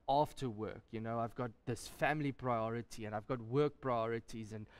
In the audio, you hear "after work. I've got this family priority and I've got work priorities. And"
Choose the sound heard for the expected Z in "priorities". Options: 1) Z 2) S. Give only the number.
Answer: 1